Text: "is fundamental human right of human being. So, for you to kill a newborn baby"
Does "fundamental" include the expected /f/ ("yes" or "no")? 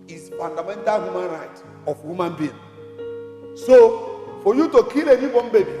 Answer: no